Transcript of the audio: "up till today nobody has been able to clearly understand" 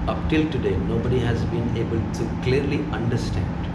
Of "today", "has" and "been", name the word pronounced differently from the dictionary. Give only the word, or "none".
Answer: none